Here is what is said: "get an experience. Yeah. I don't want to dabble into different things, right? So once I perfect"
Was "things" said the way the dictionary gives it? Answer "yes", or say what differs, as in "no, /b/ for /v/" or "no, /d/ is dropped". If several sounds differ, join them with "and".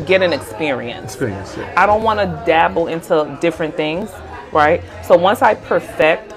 yes